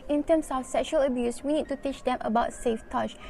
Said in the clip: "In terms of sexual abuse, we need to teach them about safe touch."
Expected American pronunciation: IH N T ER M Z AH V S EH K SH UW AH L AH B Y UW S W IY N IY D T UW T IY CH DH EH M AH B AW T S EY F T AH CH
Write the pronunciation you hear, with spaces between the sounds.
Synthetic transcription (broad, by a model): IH N T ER M S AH F S EH K SH UW AH L AH B Y UW S W IY N IY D T UW T IY CH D EH M AH B AW T S EY F T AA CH